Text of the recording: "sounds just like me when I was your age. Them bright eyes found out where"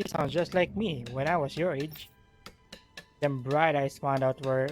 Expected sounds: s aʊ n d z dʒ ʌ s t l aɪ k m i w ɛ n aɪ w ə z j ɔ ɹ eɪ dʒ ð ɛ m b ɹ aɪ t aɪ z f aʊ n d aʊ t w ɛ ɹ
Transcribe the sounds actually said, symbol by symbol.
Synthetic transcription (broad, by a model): s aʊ n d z dʒ ʌ s t l aɪ k m i w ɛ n aɪ w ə s j ɔ ɹ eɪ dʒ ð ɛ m b ɹ aɪ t aɪ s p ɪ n d aʊ t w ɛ ɹ